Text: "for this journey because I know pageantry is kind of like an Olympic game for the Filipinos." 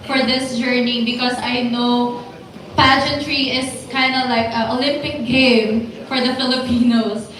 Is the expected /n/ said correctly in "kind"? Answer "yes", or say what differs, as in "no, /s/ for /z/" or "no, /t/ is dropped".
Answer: yes